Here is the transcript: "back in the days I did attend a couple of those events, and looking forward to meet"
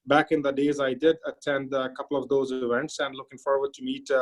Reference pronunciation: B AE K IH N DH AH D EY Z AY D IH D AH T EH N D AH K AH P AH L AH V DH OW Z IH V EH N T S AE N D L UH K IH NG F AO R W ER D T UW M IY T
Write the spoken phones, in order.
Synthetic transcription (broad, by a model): B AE K IH N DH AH D EY Z AY D IH D AH T EH N D AH K AH P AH L AH V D OW Z IH V EH N T S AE N D L UH K IH NG F AO R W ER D T UW M IY T